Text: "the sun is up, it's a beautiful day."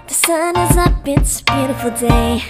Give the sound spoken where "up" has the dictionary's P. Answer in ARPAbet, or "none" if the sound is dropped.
B